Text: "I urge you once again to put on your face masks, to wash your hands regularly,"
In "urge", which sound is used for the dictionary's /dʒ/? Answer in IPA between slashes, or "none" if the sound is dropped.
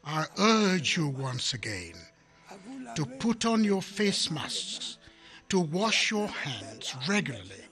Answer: /dʒ/